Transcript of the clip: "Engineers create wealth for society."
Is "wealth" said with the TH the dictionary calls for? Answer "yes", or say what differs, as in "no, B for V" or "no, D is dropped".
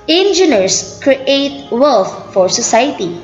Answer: no, F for TH